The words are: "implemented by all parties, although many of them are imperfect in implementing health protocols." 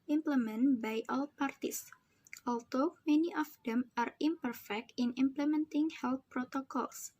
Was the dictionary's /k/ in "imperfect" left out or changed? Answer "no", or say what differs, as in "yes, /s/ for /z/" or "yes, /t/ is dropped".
no